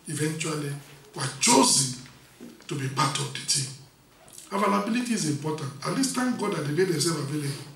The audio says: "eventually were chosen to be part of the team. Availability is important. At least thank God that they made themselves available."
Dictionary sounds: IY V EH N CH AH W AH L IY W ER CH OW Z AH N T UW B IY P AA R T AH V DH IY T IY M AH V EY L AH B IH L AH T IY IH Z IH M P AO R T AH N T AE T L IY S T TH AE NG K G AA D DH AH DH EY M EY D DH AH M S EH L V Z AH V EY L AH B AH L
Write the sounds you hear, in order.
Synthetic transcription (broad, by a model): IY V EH N CH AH W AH L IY W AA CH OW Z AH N T UW B IY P AA T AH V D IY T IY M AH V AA L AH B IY L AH T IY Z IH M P AO T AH N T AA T L IY S T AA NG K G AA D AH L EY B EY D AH S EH V AH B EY L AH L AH